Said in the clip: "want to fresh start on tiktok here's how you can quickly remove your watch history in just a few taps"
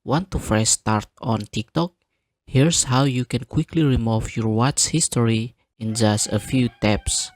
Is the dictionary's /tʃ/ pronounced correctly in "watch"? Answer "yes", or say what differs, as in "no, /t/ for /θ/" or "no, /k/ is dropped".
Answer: no, /s/ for /tʃ/